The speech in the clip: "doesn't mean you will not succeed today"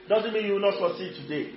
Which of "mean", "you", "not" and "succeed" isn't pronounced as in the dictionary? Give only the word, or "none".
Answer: succeed